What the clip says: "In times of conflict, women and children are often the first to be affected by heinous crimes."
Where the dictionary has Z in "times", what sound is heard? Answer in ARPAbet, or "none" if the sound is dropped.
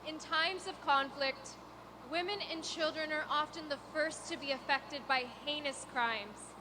Z